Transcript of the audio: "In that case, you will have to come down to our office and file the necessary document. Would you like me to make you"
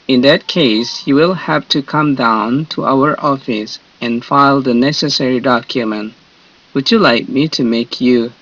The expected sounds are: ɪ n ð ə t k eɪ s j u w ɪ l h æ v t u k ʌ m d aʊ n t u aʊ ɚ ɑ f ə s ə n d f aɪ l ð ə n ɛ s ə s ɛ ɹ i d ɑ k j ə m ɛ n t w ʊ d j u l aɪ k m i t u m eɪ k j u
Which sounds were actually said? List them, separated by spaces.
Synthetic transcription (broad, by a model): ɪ n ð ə t k eɪ s j u w ɪ l h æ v t u k ʌ m d aʊ n t u aʊ ɚ ɑ f ə s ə n f aɪ l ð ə n ɛ s ə s ɛ ɹ i d ɑ k j ə m ɛ n t w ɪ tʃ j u l aɪ k m i t u m eɪ k j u